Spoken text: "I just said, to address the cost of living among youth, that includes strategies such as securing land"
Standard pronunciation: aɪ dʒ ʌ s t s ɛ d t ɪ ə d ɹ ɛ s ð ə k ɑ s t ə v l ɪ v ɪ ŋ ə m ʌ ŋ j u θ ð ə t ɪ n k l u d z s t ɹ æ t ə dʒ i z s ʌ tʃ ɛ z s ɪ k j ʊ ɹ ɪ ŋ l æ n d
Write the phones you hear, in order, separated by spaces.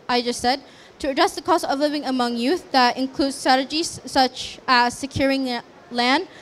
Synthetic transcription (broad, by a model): aɪ dʒ ʌ s t s ɛ d t ɪ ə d ɹ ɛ s ð ə k ɑ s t ə v l ɪ v ɪ ŋ ə m ʌ ŋ j u θ ð ə t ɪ n k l u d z s t ɹ æ t ə dʒ i z s ʌ tʃ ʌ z s ɪ k j ʊ ɹ ɪ ŋ l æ n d